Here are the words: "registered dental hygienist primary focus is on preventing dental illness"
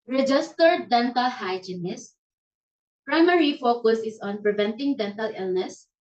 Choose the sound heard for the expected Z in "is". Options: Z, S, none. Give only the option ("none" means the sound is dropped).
S